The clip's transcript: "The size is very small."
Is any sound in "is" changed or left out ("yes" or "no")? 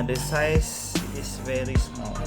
yes